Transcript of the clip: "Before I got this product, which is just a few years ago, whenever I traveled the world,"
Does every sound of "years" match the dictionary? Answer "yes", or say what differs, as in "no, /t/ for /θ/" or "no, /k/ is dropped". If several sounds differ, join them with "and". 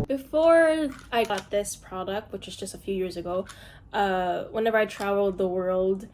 yes